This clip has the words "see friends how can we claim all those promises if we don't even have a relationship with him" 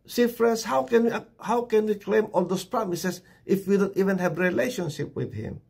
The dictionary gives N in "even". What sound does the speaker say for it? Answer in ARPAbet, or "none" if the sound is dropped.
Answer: N